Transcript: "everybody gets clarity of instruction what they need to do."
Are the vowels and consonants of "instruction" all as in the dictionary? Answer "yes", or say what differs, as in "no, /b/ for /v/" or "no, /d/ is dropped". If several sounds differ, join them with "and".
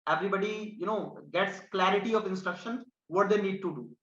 yes